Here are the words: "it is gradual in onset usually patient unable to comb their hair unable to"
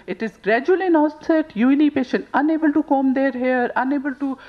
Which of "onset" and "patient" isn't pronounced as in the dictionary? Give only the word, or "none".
onset